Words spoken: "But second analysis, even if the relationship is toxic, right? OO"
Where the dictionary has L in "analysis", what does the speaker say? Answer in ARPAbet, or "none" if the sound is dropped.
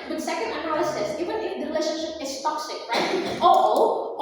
none